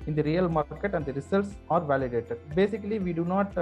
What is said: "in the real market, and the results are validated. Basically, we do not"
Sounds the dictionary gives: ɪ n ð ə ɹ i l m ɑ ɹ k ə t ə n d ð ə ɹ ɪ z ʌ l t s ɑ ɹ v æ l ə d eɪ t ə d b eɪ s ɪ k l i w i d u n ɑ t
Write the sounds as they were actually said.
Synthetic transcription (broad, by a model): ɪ n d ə ɹ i l m ɑ ɹ k ə t ə n d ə ɹ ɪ s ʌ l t s ɑ ɹ v æ l ə d eɪ t ə d b eɪ s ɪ k l i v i d u n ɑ t